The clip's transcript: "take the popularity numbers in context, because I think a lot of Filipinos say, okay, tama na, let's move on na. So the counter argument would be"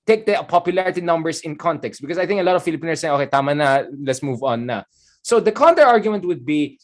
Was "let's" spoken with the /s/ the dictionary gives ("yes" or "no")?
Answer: yes